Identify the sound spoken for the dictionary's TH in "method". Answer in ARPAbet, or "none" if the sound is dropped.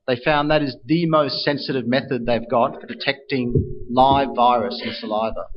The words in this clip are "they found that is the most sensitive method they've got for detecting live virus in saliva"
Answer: TH